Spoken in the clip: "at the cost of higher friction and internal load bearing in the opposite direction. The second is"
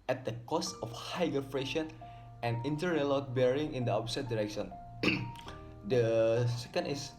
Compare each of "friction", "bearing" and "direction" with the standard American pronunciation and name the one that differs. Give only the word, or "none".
friction